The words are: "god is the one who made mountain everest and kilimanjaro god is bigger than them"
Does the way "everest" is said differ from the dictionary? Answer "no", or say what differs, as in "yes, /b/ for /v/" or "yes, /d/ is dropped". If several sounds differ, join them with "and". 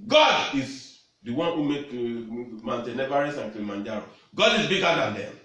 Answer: yes, /t/ is dropped